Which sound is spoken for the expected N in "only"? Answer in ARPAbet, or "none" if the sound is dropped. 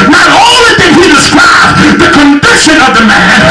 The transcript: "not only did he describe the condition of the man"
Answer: none